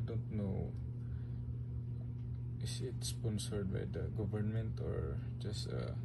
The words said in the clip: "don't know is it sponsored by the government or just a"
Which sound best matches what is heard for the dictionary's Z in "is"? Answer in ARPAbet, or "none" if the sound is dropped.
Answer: S